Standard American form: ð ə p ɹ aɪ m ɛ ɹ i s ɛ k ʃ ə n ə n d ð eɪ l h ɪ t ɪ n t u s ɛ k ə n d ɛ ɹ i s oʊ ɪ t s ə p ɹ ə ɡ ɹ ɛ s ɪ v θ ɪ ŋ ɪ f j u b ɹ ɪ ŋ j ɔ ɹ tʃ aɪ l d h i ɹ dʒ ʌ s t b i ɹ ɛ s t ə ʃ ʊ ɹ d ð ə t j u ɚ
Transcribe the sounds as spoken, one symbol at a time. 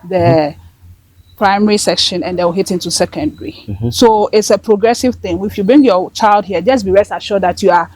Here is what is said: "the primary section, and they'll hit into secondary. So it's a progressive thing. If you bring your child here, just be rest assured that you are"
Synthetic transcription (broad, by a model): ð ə p ɹ aɪ m ɛ ɹ i s ɛ k ʃ ə n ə n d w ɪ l h ɪ t ɪ n t u s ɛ k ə n d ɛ ɹ i s oʊ ɪ t s ə p ɹ ə ɡ ɹ ɛ s ɪ v θ ɪ ŋ ɪ f j u b ɹ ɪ ŋ j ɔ tʃ aɪ l d h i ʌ dʒ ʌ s b i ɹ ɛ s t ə ʃ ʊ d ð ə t j u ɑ